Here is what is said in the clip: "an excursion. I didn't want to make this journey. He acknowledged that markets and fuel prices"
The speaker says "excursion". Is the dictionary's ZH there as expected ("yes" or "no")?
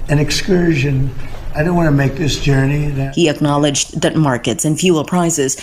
yes